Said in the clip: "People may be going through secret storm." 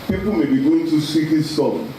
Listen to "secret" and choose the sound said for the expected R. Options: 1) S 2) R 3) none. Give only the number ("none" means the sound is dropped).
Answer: 3